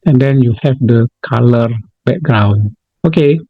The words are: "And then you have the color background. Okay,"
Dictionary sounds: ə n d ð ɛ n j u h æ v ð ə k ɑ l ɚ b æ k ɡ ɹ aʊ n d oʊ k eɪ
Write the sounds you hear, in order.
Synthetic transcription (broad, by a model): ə n d ɛ n j u h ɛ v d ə k ɑ l ɚ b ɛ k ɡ ɹ aʊ n oʊ k eɪ